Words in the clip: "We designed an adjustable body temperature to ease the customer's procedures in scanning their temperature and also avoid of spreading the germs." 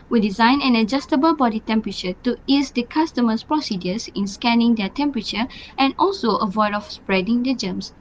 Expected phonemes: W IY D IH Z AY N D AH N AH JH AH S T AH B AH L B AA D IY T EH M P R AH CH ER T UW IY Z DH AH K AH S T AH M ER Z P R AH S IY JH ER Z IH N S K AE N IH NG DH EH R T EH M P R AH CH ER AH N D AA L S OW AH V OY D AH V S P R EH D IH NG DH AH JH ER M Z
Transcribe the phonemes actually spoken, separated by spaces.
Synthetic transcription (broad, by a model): W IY D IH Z AY N AH N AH JH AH S T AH B AH L B AA D IY T EH M P R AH CH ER T UW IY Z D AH K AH S T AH M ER S P R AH S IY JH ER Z IH N S K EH N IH NG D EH T EH M P R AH CH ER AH N AA L S OW AH V OY D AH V S P R EH D IH NG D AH JH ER M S